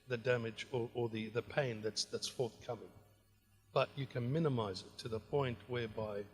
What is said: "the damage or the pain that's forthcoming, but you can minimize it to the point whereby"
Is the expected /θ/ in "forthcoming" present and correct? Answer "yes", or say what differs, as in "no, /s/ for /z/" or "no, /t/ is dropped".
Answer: yes